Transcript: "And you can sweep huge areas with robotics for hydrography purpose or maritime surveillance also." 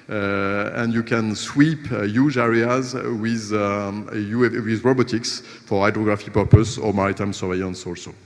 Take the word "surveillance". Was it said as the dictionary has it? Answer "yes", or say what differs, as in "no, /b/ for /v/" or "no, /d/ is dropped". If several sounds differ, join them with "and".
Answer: no, /l/ is dropped